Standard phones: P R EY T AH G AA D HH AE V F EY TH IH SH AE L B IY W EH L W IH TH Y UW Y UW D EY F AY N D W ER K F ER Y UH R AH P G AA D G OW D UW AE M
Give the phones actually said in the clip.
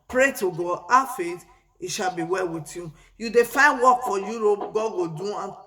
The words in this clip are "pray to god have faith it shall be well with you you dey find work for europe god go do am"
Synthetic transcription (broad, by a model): P R EY T AH G AA D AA F EY T IH SH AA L B IY W EH L W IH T Y UW Y UW D EY F AY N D W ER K F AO Y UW R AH P G AA D G OW D UW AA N